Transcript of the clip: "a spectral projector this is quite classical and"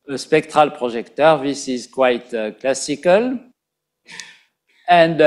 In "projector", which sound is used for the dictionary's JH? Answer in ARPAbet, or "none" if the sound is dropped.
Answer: ZH